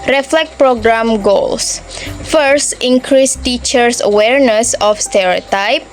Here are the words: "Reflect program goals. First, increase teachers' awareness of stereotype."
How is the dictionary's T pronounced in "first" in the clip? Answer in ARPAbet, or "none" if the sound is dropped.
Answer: T